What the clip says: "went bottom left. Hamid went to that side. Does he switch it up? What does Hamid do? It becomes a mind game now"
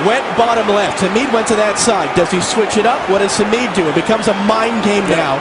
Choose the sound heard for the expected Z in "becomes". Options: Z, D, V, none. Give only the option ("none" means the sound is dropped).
Z